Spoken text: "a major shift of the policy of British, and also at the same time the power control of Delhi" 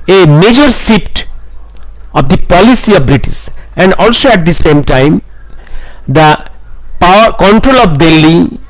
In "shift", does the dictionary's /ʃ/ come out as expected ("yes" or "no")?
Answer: no